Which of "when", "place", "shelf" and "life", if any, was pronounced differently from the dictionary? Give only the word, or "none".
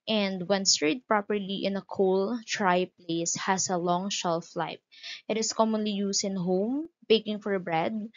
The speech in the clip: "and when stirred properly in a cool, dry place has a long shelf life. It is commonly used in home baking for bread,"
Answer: life